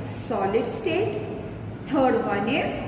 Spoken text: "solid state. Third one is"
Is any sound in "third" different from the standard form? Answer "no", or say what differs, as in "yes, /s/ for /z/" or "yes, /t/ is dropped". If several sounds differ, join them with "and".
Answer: yes, /t/ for /θ/